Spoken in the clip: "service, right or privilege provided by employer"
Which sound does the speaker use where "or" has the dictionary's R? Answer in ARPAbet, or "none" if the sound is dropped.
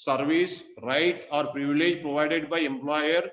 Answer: R